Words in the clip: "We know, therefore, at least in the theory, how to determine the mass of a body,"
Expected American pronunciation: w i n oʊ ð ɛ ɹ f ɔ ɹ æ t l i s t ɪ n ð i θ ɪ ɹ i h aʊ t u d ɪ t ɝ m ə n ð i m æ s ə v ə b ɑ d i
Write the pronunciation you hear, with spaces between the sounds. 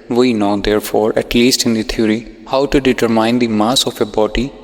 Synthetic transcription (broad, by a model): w i n oʊ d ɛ ɹ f ɔ ɹ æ t l i s t ɪ n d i t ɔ ɹ i h aʊ t u d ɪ t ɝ m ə n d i m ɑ s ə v ə b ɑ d i